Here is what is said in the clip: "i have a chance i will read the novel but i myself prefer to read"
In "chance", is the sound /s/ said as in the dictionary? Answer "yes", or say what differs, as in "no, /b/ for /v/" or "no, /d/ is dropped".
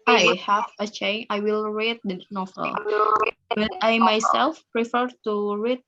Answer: no, /s/ is dropped